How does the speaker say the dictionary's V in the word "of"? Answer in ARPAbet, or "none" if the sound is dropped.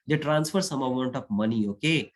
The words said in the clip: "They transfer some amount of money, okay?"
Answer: P